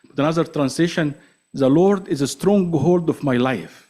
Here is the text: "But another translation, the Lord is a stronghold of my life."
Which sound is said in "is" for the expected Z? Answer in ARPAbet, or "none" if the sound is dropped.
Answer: Z